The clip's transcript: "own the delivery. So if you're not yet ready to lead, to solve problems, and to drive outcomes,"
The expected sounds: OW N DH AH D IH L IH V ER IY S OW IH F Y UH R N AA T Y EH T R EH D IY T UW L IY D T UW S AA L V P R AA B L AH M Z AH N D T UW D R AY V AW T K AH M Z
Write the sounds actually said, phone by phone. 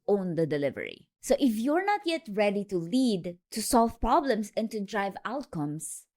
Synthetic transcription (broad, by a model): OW N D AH D IH L IH V ER IY S OW IH F Y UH R N AA T Y EH T R EH D IY T UW L IY D T UW S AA L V P R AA B L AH M S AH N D T UW D R AY V AW T K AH M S